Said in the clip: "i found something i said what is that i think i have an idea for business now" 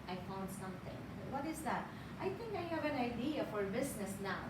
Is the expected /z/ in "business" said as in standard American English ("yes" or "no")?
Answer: no